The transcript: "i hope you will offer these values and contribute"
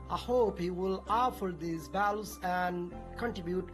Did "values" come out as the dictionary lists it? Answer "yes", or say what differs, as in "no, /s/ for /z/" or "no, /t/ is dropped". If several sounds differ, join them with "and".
no, /b/ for /v/